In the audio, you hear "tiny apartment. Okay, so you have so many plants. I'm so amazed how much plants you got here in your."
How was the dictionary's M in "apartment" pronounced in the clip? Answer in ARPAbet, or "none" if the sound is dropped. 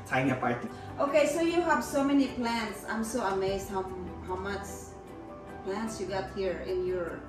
none